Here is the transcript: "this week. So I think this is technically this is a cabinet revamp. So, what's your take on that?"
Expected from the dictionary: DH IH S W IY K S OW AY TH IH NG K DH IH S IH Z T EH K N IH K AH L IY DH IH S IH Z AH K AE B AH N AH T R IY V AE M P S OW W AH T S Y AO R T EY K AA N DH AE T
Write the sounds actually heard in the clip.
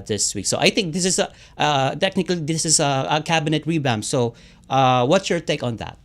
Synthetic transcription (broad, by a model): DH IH S W IY K S OW AY TH IH NG K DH IH S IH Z T EH K N IH K AH L IY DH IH S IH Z AH K AE B AH N AH T R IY B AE M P S OW W AH T S Y AO R T EY K AA N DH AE T